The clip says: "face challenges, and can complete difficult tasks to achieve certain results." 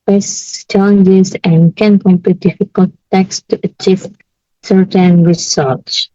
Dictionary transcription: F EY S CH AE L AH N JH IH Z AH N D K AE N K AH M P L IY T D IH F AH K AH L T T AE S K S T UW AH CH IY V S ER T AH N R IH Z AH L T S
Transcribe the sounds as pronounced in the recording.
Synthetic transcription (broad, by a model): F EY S CH AE L AH N JH IH Z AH N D K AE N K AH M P IY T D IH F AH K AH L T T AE K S T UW AH CH IY V S ER T AH N R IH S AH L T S